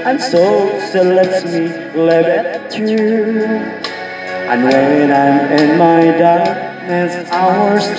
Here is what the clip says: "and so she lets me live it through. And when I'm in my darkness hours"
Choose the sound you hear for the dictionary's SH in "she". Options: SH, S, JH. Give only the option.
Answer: S